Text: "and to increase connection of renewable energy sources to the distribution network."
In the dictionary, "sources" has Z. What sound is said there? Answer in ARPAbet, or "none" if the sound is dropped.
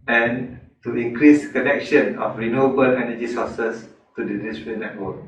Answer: S